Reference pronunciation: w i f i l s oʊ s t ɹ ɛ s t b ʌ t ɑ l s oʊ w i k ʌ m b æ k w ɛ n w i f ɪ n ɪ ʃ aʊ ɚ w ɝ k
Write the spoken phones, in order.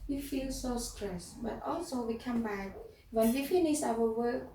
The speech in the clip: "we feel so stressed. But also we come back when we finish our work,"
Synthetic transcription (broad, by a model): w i f i l s oʊ s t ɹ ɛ s b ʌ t ɑ l s oʊ w i k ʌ m b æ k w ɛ n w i f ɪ n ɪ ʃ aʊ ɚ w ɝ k